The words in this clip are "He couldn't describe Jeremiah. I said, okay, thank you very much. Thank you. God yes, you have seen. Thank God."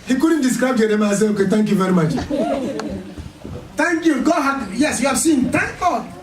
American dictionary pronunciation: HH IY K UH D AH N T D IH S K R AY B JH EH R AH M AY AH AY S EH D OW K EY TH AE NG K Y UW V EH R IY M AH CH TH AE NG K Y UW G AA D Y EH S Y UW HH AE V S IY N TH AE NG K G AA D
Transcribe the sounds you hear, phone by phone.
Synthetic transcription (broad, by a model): HH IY K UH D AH N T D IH S K R AY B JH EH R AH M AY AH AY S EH OW K EY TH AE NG K Y UW V EH R IY M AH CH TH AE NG K Y UW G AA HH Y EH S Y UW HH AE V S IY N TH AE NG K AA